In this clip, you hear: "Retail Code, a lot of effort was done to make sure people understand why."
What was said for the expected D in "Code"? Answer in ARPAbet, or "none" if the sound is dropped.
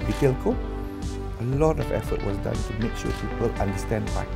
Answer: none